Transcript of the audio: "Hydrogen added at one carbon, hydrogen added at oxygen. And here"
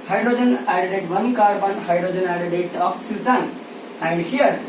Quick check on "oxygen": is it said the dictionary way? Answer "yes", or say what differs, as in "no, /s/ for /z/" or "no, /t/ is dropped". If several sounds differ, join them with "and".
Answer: no, /z/ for /dʒ/